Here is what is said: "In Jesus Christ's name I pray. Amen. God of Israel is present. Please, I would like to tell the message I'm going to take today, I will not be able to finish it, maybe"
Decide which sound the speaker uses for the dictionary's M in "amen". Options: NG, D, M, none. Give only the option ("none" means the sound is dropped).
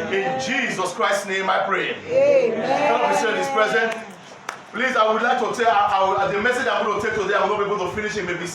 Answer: none